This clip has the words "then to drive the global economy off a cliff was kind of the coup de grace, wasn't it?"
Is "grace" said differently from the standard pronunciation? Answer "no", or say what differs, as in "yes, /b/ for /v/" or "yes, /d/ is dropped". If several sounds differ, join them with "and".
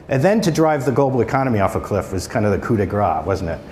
yes, /s/ is dropped